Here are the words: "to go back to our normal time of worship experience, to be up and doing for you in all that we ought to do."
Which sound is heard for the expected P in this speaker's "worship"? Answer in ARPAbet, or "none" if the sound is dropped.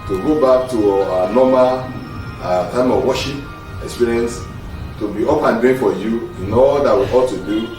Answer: none